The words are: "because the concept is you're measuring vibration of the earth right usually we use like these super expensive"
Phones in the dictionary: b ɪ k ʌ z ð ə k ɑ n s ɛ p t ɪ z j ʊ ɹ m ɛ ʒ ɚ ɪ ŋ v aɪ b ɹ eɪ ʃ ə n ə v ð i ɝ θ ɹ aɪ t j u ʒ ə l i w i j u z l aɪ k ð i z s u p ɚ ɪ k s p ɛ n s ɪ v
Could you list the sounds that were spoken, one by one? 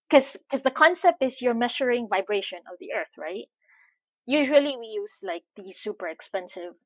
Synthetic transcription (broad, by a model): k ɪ k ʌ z ð ə k ɑ n s ɛ p t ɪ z j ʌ ɹ m ɛ ʃ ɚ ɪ ŋ v aɪ b ɹ eɪ ʃ ə n ə v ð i ɝ θ ɹ aɪ t j u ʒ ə l i w i j u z l aɪ k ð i s u p ɚ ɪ k s p ɛ n s ɪ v